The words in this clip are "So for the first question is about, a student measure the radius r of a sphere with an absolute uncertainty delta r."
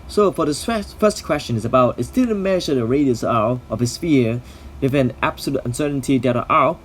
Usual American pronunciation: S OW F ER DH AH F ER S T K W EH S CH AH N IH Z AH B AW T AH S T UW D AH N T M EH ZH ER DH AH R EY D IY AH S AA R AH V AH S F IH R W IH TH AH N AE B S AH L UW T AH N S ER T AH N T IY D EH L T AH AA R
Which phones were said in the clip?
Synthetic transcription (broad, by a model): S OW F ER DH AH F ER S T K W EH S CH AH N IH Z AH B AW T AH S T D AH L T M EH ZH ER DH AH R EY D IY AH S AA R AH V AH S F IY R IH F AH N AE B S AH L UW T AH N S ER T N T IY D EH T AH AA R